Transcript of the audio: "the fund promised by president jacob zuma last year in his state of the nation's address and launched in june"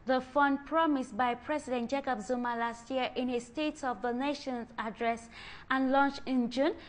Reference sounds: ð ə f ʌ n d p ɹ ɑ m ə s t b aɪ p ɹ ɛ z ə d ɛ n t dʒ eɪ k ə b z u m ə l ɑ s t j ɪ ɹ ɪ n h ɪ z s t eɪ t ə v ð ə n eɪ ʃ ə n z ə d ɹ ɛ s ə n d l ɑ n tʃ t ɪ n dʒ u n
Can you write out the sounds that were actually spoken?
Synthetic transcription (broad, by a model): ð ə f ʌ n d p ɹ ɑ m ə s t b aɪ p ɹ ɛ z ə d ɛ n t dʒ eɪ k ə b z u m ə l ɑ s t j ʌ ɹ ɪ n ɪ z s t eɪ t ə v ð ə n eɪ ʃ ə n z ə d ɹ ɛ s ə n l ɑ n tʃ ɪ n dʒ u n